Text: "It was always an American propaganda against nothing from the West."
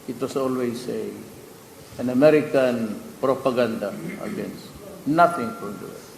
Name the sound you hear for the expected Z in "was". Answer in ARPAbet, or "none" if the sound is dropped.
S